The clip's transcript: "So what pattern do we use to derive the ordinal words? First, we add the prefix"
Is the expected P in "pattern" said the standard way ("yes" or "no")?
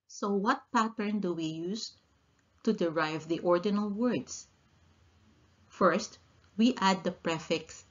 yes